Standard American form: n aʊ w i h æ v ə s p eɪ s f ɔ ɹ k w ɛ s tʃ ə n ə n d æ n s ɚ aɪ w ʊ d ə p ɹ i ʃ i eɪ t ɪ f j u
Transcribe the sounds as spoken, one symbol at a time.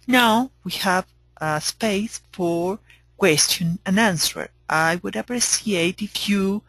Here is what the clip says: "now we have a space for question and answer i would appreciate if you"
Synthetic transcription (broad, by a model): n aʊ w i h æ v ə s p eɪ s f ɔ ɹ k w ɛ s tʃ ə n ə n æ n s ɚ aɪ w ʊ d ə p ɹ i s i eɪ t ɪ f j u